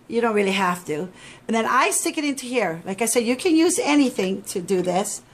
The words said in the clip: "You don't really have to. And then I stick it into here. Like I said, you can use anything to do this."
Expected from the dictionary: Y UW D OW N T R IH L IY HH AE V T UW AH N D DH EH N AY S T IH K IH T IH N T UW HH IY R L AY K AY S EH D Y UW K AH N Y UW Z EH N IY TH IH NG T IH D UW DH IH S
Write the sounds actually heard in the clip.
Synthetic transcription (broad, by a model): Y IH D OW N T R IH L IY HH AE F T UW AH N DH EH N AY S T IH K IH T IH N T UW HH IY R L AY K AY S EH D Y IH K AH N Y UW Z EH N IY TH IH NG T IH D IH DH IH S